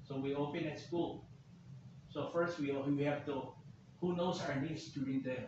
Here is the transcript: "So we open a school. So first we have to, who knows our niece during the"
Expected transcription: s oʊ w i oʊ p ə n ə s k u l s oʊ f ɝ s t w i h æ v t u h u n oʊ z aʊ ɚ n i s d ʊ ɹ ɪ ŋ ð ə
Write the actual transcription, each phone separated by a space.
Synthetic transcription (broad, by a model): s oʊ w i oʊ p ə n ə s k u l s oʊ f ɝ s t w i h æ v t u h u n oʊ s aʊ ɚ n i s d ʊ ɹ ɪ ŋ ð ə